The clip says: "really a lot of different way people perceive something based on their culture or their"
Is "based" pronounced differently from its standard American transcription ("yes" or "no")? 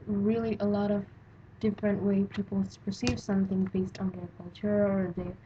no